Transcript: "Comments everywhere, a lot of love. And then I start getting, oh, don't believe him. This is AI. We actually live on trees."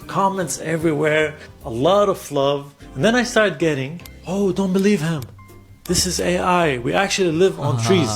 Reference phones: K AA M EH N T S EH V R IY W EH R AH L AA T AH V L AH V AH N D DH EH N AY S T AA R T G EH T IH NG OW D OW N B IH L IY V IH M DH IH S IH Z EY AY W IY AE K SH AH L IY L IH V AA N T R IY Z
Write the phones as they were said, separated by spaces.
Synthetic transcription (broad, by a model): K AA M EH N T S EH V R IY W EH R AH L AA T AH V L AH V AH N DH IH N AY S T AA R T G EH T IH NG OW D OW N B IH L IY V IH M DH IH S IH Z EY AY W IY AE K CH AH L IY L IH V N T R IY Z